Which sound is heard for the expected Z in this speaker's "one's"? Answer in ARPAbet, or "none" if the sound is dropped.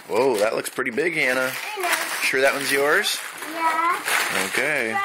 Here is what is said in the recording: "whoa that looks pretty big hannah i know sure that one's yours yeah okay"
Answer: Z